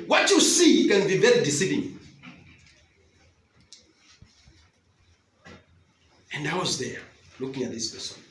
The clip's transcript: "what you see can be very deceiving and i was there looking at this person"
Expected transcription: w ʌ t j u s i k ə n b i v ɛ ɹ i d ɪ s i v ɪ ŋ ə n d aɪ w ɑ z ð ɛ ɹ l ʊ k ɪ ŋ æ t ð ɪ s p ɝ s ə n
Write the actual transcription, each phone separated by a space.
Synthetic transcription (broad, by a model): w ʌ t j u s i k ə n b i b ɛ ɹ d ɪ s i v ɪ ŋ ə n d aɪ w ɑ z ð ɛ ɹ l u k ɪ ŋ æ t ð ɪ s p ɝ s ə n